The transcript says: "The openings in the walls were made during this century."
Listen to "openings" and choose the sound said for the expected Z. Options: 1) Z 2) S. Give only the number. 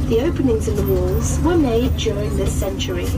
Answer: 1